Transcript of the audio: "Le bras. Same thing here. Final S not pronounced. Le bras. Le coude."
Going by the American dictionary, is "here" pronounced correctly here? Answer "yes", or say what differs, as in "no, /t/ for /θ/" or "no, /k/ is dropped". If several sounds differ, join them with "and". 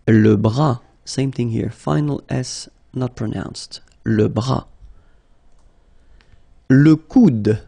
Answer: yes